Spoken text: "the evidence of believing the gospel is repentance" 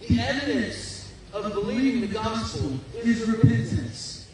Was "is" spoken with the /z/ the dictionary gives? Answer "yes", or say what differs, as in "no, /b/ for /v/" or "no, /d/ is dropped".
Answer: yes